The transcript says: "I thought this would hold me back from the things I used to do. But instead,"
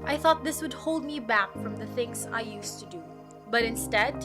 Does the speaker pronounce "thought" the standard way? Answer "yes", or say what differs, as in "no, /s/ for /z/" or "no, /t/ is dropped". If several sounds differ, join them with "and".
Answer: yes